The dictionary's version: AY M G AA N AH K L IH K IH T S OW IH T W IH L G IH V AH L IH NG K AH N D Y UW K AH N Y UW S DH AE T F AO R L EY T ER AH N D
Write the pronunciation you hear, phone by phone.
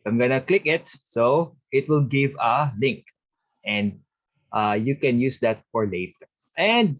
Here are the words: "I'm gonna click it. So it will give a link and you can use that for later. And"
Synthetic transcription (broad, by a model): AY M G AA N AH K L IH K IH T S OW IH T W IH L G IH V AH L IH NG K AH N D Y UW K AH N Y UW S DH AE T F AO R L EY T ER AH N D